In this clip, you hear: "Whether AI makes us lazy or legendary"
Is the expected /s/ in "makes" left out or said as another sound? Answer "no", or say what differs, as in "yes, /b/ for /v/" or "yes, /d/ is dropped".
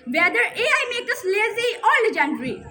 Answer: yes, /s/ is dropped